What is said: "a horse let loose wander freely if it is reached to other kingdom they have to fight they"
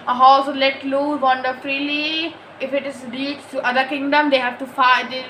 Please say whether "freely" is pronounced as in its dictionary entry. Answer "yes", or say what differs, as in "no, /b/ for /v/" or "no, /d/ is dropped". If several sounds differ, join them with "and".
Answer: yes